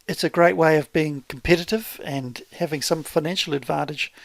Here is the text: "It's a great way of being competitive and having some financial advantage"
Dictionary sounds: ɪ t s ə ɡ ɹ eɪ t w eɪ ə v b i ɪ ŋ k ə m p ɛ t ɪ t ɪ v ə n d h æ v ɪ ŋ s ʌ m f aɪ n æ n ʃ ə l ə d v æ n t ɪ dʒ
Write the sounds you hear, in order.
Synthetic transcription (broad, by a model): ɪ t s ə ɡ ɹ eɪ t w eɪ ə v b i ɪ ŋ k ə m p ɛ t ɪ t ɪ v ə n h æ v ɪ ŋ s ʌ m f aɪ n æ n ʃ l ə d v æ n t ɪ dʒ